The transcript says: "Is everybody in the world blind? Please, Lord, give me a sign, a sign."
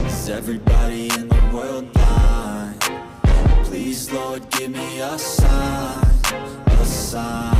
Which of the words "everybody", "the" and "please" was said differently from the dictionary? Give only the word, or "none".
none